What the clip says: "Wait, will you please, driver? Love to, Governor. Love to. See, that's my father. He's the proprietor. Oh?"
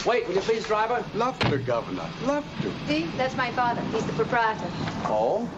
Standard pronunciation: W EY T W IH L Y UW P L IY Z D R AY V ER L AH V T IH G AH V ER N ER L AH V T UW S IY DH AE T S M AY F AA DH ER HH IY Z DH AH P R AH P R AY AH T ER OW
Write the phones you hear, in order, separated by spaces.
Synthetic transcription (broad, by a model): W EY T W IH L Y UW P L IY Z D R AY V ER L AH V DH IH G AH V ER N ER L AH V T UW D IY DH AE T S M AY F AA DH ER HH IY Z DH AH P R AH P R AY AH T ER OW